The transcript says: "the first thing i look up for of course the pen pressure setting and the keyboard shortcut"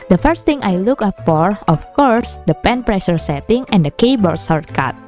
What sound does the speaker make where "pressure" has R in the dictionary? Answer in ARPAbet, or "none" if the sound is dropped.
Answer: R